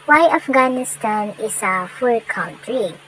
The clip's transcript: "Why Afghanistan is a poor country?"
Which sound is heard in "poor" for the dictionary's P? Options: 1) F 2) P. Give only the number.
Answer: 1